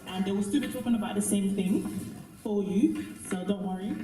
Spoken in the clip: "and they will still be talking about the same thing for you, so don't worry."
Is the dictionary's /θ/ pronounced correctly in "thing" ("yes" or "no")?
yes